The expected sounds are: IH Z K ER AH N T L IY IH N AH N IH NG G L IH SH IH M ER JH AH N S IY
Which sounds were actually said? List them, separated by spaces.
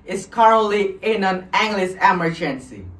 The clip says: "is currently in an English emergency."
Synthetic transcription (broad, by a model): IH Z K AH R L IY IH N AH N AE NG G L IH S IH M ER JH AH N S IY